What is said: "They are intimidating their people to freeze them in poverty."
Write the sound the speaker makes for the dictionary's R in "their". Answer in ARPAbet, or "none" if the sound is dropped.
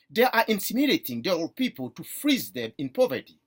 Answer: L